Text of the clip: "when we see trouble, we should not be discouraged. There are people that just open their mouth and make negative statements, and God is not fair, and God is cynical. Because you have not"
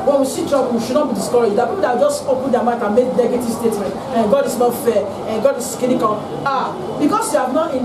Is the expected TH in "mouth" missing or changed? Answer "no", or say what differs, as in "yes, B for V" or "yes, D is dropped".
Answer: yes, T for TH